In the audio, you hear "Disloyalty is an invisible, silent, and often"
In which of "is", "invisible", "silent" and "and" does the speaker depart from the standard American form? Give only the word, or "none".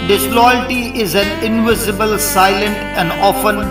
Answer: none